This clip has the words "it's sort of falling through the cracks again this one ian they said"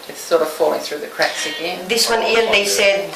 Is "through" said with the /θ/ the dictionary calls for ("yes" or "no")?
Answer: yes